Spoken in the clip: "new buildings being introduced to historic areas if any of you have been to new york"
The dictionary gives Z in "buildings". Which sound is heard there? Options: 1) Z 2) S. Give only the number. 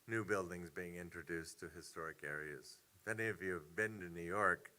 1